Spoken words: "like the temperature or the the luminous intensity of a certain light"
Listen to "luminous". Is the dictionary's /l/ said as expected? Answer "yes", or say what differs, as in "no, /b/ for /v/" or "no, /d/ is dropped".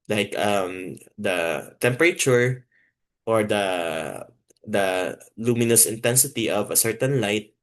yes